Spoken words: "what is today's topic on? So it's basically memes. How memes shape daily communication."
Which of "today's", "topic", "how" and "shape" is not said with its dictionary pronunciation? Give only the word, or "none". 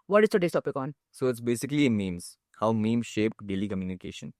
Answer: today's